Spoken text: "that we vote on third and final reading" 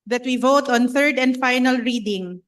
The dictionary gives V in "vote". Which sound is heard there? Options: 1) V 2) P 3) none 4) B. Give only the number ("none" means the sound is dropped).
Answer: 1